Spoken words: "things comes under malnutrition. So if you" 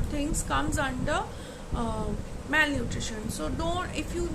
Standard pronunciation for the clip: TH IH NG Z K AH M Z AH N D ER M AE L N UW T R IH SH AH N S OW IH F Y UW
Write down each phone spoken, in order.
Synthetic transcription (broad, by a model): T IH NG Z K AH M Z AH N D ER M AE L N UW T R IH SH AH N S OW IH F Y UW